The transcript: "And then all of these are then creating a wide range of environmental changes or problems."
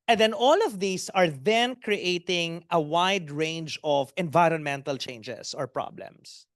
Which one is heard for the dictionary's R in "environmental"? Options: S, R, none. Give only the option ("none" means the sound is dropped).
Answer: R